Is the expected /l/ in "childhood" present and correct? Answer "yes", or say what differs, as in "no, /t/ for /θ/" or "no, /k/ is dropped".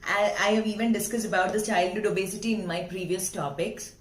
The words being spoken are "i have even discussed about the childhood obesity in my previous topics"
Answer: yes